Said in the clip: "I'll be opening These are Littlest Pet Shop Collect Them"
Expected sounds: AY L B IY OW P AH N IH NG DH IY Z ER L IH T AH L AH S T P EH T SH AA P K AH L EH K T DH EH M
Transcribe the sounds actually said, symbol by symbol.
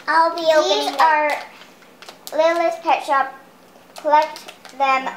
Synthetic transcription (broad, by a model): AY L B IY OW AH IH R L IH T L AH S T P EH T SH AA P K AH L EH K T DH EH M